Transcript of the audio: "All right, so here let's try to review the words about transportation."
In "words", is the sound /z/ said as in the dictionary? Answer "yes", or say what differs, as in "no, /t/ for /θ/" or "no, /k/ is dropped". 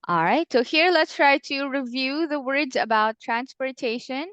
yes